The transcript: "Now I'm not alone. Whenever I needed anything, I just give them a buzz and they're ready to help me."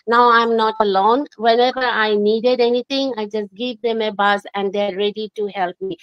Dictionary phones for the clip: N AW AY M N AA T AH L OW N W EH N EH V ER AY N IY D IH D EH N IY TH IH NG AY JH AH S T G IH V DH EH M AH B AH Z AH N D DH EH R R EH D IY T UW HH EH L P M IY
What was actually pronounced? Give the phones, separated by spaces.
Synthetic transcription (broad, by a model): N AW AY M N AA T AH L OW N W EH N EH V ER AY N IY D IH D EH N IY T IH NG AY JH AH S T G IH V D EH M AH B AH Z AH N D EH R R EH D IY T UW HH EH L P M IY